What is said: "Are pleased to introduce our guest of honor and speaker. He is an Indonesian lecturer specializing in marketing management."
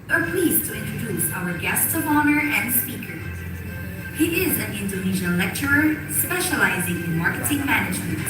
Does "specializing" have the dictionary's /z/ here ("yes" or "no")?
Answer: yes